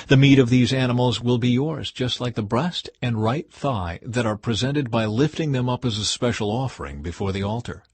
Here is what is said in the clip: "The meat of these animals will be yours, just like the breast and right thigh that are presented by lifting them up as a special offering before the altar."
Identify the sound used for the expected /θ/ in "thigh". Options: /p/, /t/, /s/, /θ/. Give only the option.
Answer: /θ/